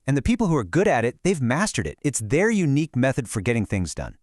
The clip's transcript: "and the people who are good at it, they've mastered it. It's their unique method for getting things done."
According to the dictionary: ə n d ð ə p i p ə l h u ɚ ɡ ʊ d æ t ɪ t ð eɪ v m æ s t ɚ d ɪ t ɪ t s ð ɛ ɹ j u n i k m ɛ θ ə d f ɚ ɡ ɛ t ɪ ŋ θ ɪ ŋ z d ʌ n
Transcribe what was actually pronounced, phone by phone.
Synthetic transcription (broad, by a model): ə n ð ə p i p l h u ɚ ɡ ʊ d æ t ɪ t ð eɪ v m æ s t ɚ d ɪ t ɪ t s ð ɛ ɹ j u n i k m ɛ θ ə d f ɚ ɡ ɛ t ɪ ŋ θ ɪ ŋ z d ʌ n